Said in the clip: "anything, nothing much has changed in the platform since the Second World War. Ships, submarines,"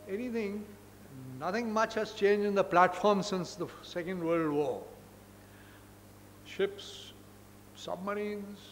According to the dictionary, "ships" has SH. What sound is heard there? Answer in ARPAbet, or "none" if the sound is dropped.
SH